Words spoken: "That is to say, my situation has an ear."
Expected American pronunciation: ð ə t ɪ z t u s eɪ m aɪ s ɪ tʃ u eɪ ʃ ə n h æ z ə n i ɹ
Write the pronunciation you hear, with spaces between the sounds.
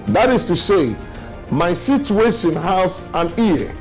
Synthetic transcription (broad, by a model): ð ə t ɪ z t u s eɪ m aɪ s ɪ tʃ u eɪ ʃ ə n h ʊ s ə n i